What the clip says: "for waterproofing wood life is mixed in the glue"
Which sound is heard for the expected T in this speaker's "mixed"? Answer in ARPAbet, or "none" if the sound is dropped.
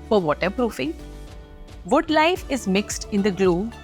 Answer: T